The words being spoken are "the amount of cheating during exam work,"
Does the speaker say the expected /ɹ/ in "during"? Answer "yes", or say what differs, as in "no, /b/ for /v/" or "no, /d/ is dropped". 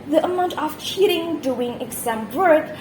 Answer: no, /ɹ/ is dropped